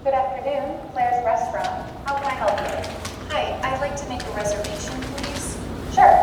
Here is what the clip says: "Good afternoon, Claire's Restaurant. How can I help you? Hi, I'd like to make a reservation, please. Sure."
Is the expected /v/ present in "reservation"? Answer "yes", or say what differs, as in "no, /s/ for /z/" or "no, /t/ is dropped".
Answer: yes